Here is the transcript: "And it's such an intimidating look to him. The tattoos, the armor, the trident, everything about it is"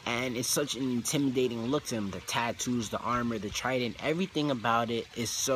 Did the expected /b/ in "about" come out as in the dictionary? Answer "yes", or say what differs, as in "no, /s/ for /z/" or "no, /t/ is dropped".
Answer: yes